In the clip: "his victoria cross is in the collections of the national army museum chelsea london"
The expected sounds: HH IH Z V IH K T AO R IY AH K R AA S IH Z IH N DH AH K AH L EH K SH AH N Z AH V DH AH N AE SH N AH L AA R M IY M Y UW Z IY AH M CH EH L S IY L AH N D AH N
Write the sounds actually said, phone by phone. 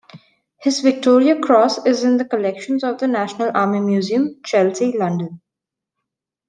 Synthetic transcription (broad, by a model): HH IH Z V IH K T AO R IY AH K R AA S IH Z IH N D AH K AH L EH K SH AH N Z AH V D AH N AE SH N AH L AA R M IY M Y UW Z IY AH M CH EH L S IY L AH N D AH N